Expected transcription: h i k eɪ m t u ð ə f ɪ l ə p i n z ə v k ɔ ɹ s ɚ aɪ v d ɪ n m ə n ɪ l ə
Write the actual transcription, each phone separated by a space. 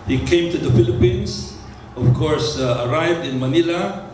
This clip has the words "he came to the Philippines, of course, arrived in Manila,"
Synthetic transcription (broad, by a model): h i k eɪ m t u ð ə f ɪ l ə p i n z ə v k ɔ ɹ s ɚ aɪ v d ɪ n m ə n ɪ l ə